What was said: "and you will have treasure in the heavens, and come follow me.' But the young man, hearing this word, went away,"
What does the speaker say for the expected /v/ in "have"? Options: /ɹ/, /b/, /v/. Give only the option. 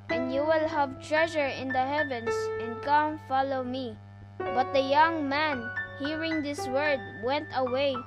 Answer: /v/